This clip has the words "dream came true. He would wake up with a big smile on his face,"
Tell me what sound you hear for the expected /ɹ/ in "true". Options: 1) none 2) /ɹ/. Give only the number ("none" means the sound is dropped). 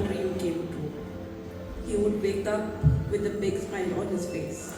1